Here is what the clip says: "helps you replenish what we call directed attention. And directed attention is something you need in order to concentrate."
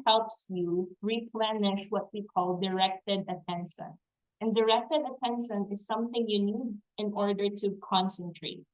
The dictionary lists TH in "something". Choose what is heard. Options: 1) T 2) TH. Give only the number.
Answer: 2